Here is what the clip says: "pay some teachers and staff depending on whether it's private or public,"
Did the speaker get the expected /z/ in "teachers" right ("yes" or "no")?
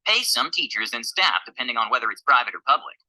yes